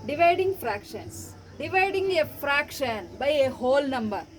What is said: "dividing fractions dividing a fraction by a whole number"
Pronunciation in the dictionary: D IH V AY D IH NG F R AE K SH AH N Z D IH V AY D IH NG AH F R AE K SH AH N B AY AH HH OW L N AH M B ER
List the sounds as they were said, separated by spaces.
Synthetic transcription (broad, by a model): D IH V AY D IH NG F R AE K SH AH N S D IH V AY D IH NG AH F R AE K SH AH N B AY AH HH OW L N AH M B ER